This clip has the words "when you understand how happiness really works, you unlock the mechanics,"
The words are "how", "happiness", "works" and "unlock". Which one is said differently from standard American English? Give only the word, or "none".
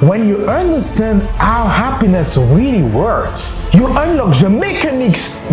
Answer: none